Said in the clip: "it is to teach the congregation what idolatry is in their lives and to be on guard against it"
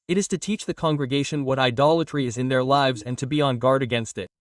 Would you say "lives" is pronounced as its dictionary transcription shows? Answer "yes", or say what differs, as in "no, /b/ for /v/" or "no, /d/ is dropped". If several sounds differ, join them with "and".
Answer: yes